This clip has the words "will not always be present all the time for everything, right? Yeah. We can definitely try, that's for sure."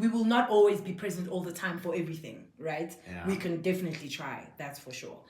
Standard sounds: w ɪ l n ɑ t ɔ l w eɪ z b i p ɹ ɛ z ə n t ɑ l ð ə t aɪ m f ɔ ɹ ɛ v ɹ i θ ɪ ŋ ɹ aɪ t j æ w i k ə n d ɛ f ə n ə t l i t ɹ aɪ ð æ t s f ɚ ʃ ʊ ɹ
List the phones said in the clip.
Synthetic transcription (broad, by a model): w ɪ l n ɑ t ɔ l w eɪ z b i p ɹ ɛ z ə n t ɑ l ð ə t aɪ m f ɔ ɹ ɛ v ɹ i θ ɪ ŋ ɹ aɪ t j w i k ə n d ɛ f ə n ə t l i t ɹ aɪ ð æ t s f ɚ ʃ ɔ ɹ